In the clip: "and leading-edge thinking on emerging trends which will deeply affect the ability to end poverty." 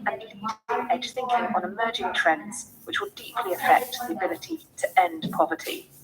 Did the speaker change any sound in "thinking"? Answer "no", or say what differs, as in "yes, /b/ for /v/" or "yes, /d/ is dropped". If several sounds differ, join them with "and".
no